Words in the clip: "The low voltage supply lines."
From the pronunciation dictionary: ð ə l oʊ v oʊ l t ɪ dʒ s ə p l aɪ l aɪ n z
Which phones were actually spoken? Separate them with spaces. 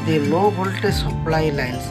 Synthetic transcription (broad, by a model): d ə n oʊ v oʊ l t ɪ s ə p l aɪ l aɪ n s